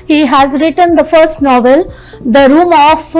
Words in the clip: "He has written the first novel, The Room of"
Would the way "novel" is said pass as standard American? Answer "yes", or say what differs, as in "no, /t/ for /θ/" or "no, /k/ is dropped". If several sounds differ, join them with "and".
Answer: yes